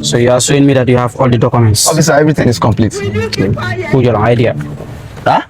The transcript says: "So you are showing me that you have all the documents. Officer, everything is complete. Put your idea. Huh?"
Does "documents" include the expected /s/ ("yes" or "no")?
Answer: yes